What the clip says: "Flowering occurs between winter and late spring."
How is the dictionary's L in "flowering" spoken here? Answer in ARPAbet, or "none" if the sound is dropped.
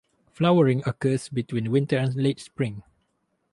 L